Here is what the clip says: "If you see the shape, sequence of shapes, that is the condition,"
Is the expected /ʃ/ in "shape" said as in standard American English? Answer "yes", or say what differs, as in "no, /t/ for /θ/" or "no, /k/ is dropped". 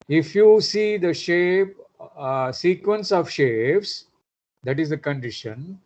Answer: yes